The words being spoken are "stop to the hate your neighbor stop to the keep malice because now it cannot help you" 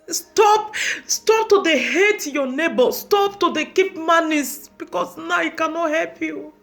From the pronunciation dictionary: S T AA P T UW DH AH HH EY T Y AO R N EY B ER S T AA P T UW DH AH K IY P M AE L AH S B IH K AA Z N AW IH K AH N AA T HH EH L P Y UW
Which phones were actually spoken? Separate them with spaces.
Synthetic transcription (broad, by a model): S T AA P T UW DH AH HH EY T Y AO N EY B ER S T AA P T UW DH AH K IY P M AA N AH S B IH K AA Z N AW IH K AH N AA T HH EH L P Y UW